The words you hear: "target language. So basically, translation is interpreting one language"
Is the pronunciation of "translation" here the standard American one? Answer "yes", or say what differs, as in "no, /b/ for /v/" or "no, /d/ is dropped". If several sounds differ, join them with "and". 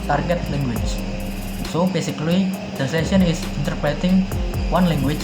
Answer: no, /n/ is dropped and /l/ is dropped